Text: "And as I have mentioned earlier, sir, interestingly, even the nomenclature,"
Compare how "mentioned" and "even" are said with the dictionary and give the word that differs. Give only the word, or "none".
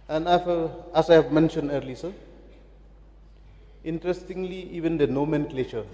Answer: none